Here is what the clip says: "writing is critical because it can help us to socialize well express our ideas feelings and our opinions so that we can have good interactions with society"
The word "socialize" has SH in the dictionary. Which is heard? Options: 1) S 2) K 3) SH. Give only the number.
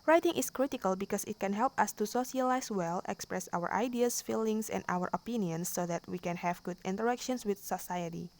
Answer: 1